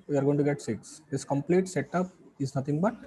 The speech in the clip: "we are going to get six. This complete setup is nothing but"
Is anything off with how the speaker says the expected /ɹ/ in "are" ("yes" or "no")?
no